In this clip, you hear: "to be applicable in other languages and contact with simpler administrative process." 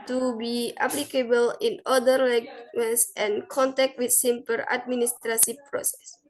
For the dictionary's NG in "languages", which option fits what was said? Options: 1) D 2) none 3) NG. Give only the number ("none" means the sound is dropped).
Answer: 2